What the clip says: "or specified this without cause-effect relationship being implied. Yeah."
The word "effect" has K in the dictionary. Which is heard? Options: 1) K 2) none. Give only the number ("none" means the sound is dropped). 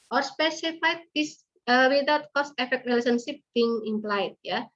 1